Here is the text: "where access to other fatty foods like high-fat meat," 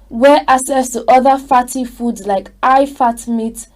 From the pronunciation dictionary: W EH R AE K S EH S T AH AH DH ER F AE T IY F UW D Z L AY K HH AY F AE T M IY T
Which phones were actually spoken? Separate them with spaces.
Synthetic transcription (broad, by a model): W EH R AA S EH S T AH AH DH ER F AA T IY F UW D Z L AY K AY F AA T M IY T